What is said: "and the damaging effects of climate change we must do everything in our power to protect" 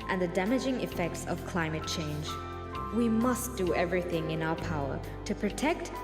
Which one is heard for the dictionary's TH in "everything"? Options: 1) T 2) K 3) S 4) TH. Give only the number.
4